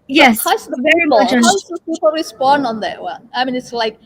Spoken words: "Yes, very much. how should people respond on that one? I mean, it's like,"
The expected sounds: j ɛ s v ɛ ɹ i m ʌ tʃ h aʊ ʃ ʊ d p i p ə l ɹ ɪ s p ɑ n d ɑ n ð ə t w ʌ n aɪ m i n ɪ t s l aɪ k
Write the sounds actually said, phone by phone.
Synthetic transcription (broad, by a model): j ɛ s v ɛ ɹ i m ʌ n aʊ s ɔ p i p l ɹ ɪ s p ɑ n d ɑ n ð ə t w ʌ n aɪ m i n ɪ t s l aɪ k